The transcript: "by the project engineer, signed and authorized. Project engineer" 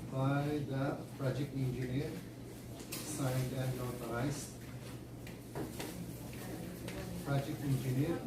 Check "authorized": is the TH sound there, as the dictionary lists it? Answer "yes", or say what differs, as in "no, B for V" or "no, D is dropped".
no, T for TH